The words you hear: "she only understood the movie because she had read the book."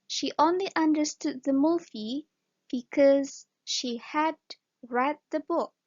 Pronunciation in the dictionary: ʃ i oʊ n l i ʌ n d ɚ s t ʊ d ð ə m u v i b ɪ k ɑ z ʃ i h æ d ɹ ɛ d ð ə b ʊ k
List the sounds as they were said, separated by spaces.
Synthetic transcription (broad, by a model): ʃ i oʊ n l i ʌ n d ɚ s t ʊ d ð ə m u f i b ɪ k ɑ z ʃ i h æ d ɹ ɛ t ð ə b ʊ k